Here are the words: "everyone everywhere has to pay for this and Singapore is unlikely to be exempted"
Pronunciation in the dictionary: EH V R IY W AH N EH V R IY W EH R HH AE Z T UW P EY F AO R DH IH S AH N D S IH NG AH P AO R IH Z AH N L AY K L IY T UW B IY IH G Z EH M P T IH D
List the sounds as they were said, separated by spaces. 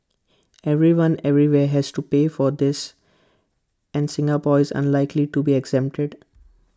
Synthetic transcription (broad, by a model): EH V R IY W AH N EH V R IY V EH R HH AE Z T UW P EY F AO R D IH S AH N D S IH NG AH P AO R IH Z AH N L AY K L IY T UW B IY IH G Z EH M P T IH D